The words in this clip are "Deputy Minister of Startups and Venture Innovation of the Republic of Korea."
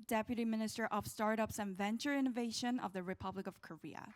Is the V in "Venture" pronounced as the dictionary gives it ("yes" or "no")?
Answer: yes